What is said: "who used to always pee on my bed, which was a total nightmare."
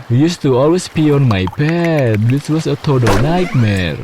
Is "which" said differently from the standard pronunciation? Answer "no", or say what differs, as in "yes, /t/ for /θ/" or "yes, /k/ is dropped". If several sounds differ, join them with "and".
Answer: yes, /s/ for /tʃ/